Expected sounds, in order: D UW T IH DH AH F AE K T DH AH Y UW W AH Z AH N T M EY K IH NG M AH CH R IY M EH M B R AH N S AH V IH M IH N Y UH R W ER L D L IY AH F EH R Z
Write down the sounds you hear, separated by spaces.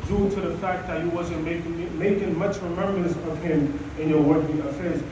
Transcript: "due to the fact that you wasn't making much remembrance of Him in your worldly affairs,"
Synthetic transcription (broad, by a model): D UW T IH DH AH F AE K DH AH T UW W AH Z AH N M M EY K IH NG M AH CH R IY M EH M B R AH N S AH V IH M IH N Y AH R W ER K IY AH F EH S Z